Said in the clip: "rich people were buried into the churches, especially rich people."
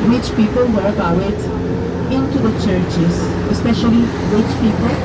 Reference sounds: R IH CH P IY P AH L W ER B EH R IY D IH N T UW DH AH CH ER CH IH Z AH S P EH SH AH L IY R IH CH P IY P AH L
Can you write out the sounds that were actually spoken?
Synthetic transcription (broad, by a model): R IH CH P IY P AH L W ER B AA W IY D IH N T UW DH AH CH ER CH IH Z AH S P EH SH AH L IY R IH CH P IY P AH L